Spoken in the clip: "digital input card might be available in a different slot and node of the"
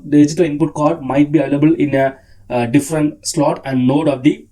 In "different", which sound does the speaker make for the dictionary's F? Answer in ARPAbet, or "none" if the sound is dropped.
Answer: F